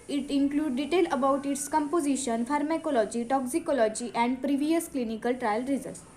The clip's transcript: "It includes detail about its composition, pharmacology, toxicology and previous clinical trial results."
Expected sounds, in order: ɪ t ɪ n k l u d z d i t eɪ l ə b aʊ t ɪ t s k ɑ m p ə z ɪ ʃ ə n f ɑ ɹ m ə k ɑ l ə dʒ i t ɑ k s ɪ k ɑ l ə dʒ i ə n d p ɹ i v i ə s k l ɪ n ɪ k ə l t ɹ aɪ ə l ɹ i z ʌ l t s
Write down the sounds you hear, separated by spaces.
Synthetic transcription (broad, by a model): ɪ t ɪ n k l u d d i t eɪ l ə b aʊ t ɪ t s k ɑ m p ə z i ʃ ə n f ɑ ɹ m ə k ɑ l ə dʒ i t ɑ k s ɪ k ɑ l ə dʒ i ə n d p ɹ i v i ə s k l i n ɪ k ə l t ɹ aɪ ə l ɹ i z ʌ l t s